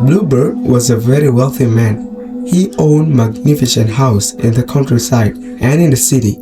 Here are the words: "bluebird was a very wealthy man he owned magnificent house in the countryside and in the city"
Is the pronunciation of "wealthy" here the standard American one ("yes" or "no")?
yes